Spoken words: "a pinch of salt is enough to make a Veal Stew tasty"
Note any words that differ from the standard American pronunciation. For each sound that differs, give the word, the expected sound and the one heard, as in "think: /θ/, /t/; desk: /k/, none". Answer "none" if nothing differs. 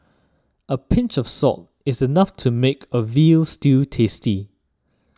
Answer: salt: /l/, none